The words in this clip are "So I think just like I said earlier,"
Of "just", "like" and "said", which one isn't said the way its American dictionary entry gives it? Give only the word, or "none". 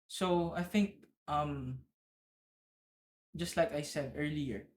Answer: none